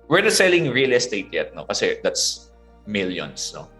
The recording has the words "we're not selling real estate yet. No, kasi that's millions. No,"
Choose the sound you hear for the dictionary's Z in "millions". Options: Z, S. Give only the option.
S